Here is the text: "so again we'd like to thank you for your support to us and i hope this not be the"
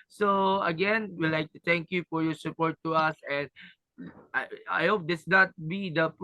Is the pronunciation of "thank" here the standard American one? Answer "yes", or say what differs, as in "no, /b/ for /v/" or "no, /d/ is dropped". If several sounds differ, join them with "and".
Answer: no, /t/ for /θ/